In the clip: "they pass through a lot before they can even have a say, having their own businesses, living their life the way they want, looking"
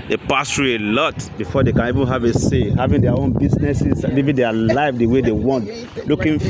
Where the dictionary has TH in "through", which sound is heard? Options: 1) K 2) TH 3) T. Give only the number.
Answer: 3